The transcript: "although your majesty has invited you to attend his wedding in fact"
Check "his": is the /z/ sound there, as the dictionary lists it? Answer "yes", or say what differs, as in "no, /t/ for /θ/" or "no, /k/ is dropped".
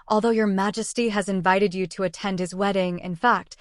yes